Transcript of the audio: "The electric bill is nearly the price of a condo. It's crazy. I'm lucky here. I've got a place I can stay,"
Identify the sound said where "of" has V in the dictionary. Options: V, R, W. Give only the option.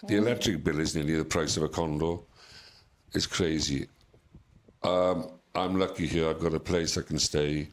V